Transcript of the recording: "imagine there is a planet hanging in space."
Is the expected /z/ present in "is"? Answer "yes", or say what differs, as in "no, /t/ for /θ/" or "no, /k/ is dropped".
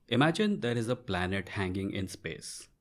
yes